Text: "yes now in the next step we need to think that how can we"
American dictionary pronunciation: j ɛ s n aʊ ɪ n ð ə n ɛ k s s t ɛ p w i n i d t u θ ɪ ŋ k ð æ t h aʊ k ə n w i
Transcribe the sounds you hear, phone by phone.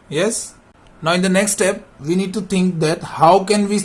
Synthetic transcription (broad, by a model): j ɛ s n aʊ ɪ n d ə n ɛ k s s t ɛ p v i n i d t u t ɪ ŋ k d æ t h aʊ k ə n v i